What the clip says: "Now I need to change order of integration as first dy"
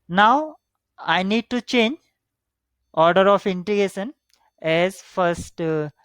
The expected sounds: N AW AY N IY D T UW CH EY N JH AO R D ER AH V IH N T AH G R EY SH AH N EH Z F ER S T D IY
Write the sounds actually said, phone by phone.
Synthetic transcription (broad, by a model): N AW AY N IY D T UW CH EY N JH AO R D ER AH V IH N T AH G EY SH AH N EH Z F ER S T